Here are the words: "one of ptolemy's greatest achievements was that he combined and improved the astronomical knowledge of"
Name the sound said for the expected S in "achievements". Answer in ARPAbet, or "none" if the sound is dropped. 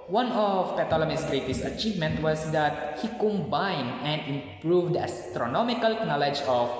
none